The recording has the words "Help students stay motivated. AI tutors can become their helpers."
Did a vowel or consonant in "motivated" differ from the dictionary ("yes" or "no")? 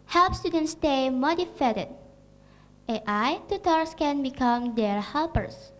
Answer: yes